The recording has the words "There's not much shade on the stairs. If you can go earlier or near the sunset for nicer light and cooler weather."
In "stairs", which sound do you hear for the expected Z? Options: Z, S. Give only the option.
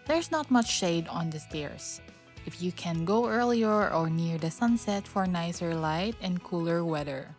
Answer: S